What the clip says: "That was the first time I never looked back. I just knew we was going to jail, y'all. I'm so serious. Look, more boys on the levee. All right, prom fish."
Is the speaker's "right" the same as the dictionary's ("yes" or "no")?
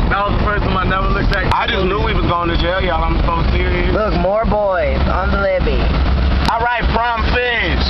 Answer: yes